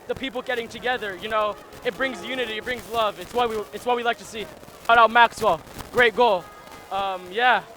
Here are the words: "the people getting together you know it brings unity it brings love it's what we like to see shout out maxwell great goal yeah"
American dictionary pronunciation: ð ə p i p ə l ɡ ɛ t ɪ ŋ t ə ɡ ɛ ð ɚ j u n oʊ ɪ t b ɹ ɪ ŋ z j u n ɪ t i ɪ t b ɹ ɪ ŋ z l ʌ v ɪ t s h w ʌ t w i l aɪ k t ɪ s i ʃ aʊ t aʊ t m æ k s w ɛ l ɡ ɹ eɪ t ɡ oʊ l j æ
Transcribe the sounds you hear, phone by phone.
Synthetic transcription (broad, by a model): ð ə p i p l ɡ ɛ t ɪ ŋ t ə ɡ ɛ ð ɚ j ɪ n oʊ ɪ t b ɹ ɪ ŋ z j u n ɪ t i ɪ t b ɹ ɪ ŋ z l ʌ v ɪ t s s w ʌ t w i l aɪ k t ɪ s i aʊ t aʊ t m æ k s w ɛ l ɡ ɹ eɪ t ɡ oʊ l j æ